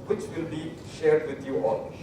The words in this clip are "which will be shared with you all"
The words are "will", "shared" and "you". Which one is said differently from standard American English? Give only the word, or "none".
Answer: none